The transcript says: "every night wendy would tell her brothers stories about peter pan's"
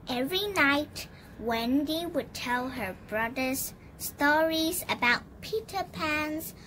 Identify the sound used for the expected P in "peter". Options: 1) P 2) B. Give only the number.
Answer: 1